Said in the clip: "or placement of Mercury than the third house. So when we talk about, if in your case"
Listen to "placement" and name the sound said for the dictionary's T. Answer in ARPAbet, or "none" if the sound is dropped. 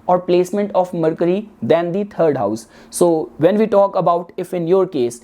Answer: T